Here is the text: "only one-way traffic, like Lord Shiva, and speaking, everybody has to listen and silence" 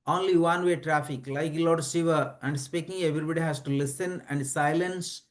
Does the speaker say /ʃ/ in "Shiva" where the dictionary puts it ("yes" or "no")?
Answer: no